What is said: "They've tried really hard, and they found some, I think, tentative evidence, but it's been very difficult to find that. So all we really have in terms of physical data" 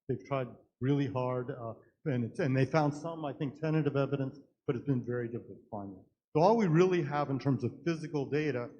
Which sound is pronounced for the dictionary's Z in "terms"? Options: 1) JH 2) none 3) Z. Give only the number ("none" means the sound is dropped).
3